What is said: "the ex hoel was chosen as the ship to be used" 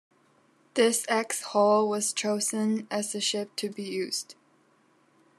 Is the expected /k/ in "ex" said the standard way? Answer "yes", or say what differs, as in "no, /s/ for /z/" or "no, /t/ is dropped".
yes